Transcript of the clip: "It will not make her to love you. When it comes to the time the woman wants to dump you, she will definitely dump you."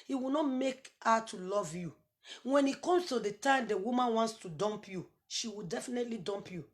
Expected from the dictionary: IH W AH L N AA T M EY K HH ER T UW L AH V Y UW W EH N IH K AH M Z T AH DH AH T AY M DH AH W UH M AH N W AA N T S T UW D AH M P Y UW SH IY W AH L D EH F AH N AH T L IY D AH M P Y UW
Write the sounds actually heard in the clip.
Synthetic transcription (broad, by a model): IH W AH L N AA T M EY K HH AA T UW L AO V Y UW W EH N IH K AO M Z T AH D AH T AY M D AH W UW M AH N W AA N T S T UW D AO M P Y UW SH IY W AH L D EH F AH N AH T L IY D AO M P Y UW